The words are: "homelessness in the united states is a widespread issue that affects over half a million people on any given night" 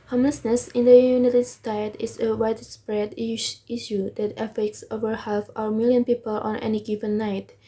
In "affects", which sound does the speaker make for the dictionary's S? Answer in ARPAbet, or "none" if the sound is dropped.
S